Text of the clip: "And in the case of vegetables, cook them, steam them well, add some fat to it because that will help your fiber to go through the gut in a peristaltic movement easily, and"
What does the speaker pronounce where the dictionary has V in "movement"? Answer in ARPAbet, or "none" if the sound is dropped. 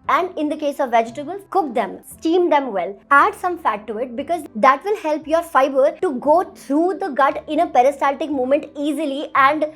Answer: none